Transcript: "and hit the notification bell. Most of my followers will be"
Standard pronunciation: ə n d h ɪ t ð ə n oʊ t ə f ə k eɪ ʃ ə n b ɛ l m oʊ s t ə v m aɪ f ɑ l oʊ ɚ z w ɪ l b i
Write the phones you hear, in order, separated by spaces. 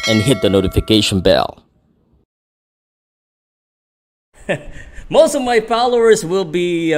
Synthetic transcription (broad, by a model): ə n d h ɪ t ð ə n oʊ t ə f ə k eɪ ʃ ə n b ɛ l m oʊ s t ə v m aɪ p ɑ l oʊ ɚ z w ɪ l b i